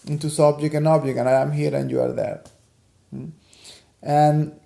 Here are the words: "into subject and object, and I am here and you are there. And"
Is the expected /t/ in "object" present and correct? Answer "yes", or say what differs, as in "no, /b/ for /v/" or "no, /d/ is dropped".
no, /t/ is dropped